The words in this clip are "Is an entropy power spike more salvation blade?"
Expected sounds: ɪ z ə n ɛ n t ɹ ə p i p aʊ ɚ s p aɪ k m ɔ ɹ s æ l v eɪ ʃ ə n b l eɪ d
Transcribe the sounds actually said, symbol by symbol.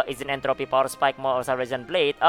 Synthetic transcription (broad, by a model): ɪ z ə n ɛ n t ɹ ə p i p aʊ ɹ s p aɪ k m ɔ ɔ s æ v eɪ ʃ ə n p l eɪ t